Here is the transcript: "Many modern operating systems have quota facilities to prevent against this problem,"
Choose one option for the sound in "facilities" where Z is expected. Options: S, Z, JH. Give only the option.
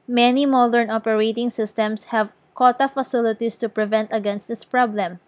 S